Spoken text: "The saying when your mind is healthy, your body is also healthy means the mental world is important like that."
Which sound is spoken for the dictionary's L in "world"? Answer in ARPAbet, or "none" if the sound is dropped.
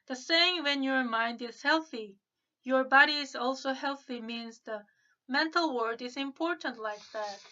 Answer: none